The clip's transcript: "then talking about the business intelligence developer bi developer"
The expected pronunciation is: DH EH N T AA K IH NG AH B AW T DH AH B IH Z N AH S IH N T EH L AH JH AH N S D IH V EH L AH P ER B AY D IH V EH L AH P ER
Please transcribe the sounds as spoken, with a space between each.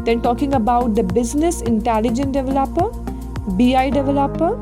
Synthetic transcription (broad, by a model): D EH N T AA K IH NG AH B AW T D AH B IH Z N AH S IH N T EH L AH JH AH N D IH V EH L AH P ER B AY D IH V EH L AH P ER